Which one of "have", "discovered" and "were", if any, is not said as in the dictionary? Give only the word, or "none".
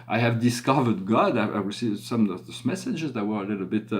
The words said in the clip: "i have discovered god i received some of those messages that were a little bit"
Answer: none